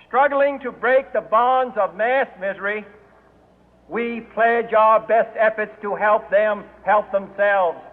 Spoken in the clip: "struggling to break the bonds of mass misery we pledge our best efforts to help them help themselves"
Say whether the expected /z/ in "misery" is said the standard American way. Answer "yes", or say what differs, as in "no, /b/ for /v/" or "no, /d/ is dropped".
yes